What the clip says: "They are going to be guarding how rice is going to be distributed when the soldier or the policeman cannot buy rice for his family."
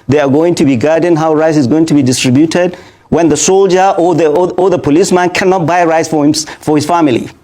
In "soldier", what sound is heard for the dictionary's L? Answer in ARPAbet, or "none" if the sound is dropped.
L